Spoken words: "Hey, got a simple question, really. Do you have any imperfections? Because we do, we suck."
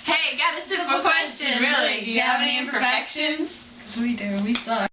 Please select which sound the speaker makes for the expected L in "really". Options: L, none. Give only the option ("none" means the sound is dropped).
none